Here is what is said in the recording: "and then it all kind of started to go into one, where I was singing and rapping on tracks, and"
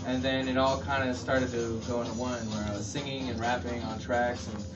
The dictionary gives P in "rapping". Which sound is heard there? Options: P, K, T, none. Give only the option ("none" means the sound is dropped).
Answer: P